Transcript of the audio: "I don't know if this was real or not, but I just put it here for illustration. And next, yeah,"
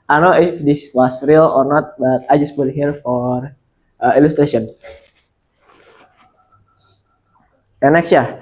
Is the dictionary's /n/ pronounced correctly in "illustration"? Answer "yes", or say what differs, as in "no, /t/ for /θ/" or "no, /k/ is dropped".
no, /n/ is dropped